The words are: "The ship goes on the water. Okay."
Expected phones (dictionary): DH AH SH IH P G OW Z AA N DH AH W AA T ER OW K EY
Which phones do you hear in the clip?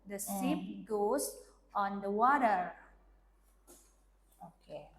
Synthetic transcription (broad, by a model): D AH S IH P G OW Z AA N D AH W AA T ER OW K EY